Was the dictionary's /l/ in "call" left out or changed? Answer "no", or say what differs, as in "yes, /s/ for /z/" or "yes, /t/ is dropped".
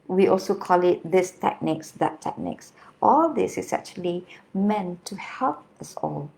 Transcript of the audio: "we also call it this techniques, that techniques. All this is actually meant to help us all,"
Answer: no